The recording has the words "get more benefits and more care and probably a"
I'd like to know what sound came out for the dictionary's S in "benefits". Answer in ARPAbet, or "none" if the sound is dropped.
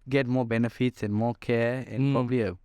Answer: S